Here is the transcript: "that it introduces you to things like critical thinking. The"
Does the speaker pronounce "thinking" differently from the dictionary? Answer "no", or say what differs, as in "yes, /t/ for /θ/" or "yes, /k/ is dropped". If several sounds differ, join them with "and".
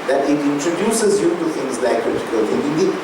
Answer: yes, /k/ is dropped